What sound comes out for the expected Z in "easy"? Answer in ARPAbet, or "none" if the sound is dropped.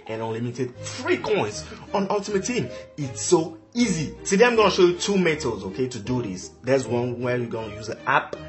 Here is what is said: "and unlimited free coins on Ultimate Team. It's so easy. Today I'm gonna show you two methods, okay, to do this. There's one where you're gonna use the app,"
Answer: Z